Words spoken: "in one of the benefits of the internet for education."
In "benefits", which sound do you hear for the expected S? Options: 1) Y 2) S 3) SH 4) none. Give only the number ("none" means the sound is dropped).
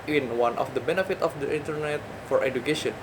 4